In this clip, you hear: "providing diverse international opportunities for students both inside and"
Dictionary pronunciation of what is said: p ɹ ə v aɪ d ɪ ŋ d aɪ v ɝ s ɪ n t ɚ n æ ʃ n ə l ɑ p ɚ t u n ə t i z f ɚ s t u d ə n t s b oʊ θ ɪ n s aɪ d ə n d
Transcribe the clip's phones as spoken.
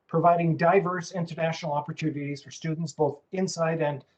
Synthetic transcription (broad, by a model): p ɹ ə v aɪ d ɪ ŋ d aɪ v ɝ s ɪ n t ɚ n æ ʃ n l ɑ p ɚ t u n ə t i z f ɚ s t u d n t s b oʊ θ ɪ n s aɪ d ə n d